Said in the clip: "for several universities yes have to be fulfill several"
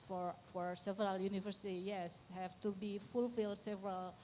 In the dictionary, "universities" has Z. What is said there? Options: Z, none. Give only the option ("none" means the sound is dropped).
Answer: none